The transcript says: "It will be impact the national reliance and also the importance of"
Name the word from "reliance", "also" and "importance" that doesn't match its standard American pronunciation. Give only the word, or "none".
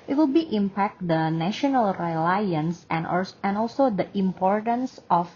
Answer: none